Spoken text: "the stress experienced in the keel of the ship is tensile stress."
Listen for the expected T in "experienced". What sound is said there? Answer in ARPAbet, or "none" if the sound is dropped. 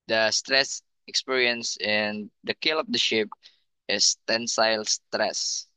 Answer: none